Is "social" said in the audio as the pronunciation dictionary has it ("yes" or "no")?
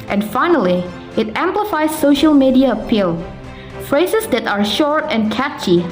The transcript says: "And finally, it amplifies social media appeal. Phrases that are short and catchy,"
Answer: yes